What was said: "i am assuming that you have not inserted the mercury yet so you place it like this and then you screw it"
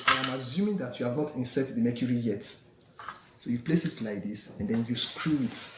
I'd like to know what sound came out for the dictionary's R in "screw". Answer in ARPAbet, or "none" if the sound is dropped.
R